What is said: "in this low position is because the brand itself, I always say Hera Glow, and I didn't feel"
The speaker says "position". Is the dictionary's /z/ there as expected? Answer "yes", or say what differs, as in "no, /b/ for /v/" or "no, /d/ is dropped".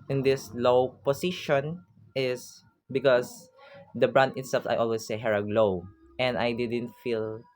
no, /s/ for /z/